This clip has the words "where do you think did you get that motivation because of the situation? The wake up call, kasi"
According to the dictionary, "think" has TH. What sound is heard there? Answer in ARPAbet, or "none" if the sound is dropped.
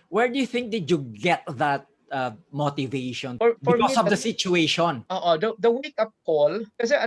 TH